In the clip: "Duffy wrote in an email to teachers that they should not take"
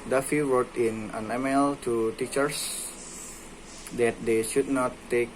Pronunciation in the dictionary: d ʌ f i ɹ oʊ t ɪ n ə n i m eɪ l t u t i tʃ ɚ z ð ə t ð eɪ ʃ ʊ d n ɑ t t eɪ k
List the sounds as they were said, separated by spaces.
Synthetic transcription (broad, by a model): d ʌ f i w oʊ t ɪ n ə n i m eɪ l t u t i tʃ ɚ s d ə t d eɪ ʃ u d n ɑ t t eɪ k